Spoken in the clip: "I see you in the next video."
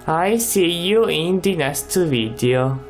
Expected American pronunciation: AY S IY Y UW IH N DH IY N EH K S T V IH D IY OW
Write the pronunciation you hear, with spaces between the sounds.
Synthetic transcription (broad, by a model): AY S IY Y UW IH N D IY N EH S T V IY D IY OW